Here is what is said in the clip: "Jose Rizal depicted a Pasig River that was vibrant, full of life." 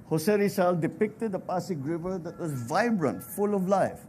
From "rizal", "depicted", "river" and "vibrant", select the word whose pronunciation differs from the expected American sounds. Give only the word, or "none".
rizal